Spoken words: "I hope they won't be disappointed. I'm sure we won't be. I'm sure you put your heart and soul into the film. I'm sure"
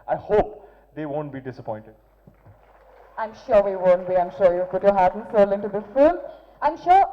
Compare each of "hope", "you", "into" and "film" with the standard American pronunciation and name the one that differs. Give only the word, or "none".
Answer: film